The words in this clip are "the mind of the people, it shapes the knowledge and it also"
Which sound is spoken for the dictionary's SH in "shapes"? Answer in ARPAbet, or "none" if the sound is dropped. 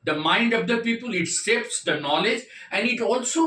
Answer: S